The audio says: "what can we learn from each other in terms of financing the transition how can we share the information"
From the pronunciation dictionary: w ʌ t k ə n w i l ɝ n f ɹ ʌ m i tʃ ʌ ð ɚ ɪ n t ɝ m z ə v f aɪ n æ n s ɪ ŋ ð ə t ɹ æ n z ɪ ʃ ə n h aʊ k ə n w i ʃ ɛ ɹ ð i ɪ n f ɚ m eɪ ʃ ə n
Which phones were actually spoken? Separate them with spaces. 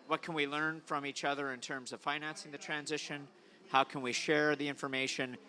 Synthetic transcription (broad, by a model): w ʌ t k ə n w i l ɝ n f ɹ ʌ m i tʃ ʌ ð ɚ ɪ n t ɝ m z ə v f aɪ n æ n s ɪ ŋ ð ə t ɹ æ n z ɪ ʃ ə n h aʊ k ə n w i ʃ ɛ ɹ ð i ɪ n f ɚ m eɪ ʃ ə n